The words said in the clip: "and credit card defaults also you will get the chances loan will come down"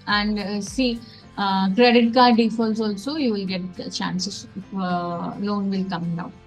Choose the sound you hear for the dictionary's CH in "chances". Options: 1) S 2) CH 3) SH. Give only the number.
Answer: 1